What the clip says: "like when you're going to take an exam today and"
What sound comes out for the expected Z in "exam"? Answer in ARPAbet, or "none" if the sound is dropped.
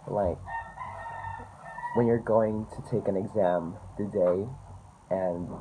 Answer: Z